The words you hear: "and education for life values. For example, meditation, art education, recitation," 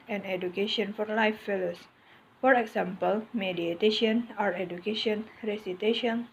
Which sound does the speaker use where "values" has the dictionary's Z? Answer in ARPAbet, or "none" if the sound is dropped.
S